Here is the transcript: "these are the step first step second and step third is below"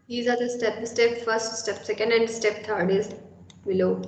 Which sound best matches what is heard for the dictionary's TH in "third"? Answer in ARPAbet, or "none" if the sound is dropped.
T